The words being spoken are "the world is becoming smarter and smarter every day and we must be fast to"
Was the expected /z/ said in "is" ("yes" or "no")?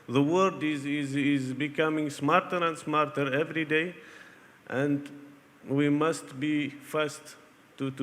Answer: yes